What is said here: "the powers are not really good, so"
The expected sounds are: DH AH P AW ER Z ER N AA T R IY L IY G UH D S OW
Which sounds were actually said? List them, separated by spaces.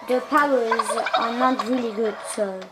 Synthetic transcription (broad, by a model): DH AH P AW ER Z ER N AA T R IY L IY G UH D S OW